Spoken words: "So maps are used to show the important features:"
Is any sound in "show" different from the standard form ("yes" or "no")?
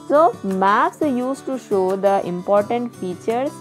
no